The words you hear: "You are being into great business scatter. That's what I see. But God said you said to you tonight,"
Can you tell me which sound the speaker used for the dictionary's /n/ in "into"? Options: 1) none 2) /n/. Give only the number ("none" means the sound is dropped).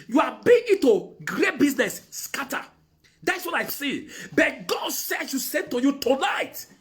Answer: 1